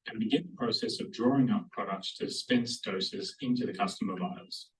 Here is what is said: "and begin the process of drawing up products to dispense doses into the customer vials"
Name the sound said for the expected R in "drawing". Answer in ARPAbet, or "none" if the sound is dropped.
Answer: R